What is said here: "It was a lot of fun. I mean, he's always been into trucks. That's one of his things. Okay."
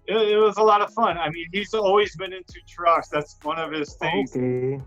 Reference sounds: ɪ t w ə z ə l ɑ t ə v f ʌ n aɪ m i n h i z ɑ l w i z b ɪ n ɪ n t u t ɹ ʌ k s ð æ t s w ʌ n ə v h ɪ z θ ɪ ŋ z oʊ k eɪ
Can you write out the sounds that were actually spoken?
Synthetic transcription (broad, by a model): ɪ t w ə z ə l ɑ t ə v f ʌ n aɪ m i n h i z ɑ l w i z b ɪ n ɪ n t u t ɹ ʌ k s ð æ t s w ʌ n ə v ɪ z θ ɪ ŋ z